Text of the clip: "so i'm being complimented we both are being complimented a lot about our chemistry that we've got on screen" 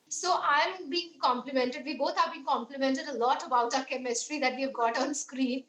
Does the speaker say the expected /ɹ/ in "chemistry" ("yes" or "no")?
yes